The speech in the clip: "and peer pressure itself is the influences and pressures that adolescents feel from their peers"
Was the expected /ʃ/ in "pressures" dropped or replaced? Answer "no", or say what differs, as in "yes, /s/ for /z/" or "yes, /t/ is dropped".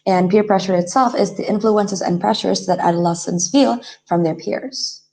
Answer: no